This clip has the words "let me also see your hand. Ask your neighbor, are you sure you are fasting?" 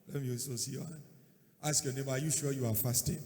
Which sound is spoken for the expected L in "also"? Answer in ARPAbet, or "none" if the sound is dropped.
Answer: none